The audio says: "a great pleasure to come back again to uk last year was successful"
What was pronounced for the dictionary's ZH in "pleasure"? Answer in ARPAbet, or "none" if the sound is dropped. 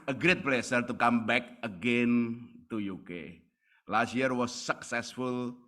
S